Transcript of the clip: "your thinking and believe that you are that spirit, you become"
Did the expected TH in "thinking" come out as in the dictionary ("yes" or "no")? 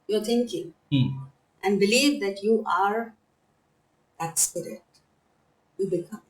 no